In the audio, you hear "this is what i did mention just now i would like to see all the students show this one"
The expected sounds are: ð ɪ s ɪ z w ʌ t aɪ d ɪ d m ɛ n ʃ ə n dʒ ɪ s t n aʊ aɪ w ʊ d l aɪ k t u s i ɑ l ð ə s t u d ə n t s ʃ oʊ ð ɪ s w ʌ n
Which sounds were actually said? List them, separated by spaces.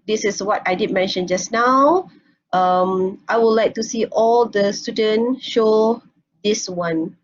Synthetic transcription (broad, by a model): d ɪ s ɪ s w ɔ t aɪ d ɪ d m ɛ n ʃ ə n dʒ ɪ s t n aʊ aɪ w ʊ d l aɪ k t u s i ɑ l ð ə s t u d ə n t ʃ oʊ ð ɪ s w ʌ n